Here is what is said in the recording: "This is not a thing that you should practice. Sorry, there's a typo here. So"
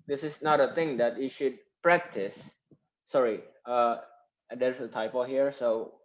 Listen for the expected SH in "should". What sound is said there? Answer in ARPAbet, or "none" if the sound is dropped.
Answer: SH